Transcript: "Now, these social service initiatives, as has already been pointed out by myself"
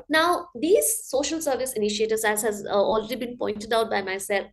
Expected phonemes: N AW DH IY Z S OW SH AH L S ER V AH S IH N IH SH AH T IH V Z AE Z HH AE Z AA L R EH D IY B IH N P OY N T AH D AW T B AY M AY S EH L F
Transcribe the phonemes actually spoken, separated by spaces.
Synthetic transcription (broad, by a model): N AW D IY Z S OW SH AH L S ER V AH S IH N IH SH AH T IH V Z AE Z HH AE Z AA L R EH D IY B IH N P OY N T AH D AW T B AY M AY S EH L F